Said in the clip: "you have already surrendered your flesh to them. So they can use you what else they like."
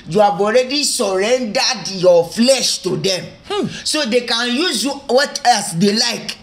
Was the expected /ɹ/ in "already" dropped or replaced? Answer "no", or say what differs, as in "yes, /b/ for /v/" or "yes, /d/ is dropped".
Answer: no